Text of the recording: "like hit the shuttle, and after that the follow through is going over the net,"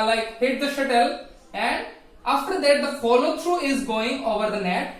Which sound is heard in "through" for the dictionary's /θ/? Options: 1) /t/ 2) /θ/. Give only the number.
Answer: 1